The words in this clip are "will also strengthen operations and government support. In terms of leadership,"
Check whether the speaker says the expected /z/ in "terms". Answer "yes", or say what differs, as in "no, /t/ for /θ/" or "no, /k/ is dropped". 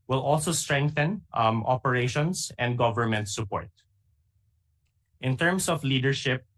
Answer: no, /s/ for /z/